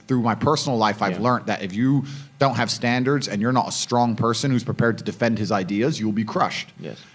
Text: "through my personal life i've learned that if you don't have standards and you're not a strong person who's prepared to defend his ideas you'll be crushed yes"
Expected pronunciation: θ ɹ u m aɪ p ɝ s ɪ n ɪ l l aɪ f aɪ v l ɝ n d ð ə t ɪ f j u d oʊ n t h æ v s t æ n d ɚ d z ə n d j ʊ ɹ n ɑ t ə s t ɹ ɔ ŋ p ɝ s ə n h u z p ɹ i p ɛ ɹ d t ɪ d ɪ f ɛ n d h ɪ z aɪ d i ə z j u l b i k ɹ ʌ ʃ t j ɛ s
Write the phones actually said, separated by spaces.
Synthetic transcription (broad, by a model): θ ɹ u m aɪ p ɝ s n l l aɪ f aɪ v l ɝ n ð ə t ɪ f j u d oʊ n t h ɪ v s t æ n d ɚ d z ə n j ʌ ɹ n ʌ t ə s t ɹ ɔ ŋ p ɝ s ə n h u z p ɹ i p ɛ ɹ d t ɪ d ɪ f ɛ n d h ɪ z aɪ d i ə z j u l b i k ɹ ʌ ʃ t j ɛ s